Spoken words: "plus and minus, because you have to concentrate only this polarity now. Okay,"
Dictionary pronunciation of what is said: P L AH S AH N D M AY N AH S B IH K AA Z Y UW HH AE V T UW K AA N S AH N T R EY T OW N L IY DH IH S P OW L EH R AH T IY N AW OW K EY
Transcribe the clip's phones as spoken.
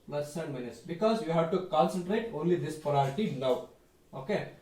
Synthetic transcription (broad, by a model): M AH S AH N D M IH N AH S B IH K AA Z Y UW HH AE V T UW K AA N S AH N T R EY T OW N L IY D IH S P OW AO R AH T IY N AW OW K EY